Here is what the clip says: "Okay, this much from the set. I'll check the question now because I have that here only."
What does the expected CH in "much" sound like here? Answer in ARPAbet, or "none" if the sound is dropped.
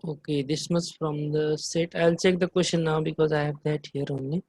S